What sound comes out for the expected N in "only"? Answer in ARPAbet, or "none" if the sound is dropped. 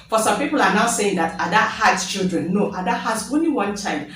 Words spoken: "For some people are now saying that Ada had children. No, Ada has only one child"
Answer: N